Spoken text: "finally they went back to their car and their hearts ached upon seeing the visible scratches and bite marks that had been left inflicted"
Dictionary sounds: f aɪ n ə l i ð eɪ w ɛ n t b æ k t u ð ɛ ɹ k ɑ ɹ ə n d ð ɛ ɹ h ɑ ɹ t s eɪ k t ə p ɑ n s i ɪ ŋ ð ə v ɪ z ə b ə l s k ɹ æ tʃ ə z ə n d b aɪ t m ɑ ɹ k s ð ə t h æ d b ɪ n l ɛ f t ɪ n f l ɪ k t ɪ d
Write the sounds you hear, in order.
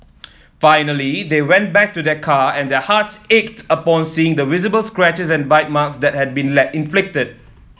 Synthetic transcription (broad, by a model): f aɪ n ə l i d eɪ w ɛ n t b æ k t u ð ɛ k ɑ ə n d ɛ h ɑ t s eɪ k t ə p ɑ n s i ɪ ŋ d ə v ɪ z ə b ə l s k ɹ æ tʃ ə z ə n b aɪ t m ɑ k s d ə t h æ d b ɪ n l ɛ t ɪ n f l ɪ k t ɪ d